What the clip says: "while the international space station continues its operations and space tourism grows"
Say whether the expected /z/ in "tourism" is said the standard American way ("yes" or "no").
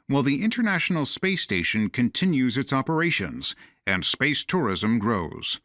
yes